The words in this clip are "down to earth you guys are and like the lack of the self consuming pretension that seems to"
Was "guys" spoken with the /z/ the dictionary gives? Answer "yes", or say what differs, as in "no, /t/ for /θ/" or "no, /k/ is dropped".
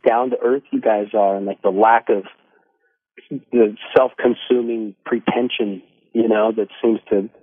yes